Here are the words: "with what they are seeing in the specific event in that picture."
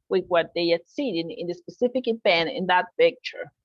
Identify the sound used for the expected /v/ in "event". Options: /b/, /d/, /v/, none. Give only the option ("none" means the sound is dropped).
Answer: /b/